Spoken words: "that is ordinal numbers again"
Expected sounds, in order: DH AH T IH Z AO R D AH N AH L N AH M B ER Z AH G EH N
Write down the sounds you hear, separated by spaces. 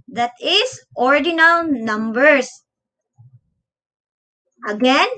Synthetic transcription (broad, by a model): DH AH T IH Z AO R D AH N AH L N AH M B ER S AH G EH N